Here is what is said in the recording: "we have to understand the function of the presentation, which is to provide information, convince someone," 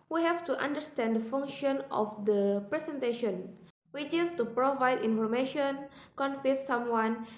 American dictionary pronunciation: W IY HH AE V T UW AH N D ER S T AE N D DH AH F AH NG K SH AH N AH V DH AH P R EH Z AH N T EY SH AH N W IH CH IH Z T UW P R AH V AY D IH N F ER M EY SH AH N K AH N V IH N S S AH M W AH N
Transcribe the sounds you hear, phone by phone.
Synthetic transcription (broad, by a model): W IY HH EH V T UW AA N D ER S T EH N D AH F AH NG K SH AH N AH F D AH P R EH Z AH N T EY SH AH N W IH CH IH S T UW P R AH V AY D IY N F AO M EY SH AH N K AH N F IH S S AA M W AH N